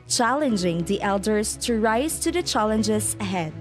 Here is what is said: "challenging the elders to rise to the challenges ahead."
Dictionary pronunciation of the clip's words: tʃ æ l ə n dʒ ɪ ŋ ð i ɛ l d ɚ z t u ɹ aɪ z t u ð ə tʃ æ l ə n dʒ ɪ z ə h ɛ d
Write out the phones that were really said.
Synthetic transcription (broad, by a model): tʃ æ l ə n dʒ ɪ ŋ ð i ɛ l d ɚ s t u ɹ aɪ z t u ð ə tʃ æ l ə n dʒ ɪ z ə h ɛ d